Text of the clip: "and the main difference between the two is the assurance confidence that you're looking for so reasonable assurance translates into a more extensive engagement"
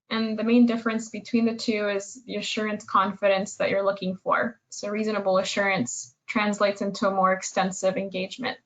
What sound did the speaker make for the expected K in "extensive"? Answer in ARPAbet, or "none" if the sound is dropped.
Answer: K